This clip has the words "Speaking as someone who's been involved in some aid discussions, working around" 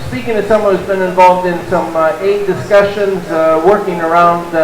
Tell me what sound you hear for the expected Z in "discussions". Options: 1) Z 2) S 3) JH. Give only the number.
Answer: 1